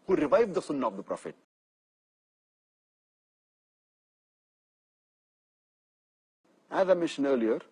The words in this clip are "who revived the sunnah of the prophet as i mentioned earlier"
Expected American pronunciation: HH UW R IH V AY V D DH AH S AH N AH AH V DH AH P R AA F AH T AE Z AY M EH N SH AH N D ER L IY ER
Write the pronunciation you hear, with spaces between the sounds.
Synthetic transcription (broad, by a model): HH UW R IH V AY V D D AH S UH N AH AH V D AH P R AA F AH T AE Z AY M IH SH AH N ER L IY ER